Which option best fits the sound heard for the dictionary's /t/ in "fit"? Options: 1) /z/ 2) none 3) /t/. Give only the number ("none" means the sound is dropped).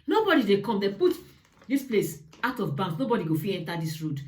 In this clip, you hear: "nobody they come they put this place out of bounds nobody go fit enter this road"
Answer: 2